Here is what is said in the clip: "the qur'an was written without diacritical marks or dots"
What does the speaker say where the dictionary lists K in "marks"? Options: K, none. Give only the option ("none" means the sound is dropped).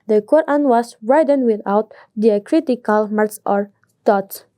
none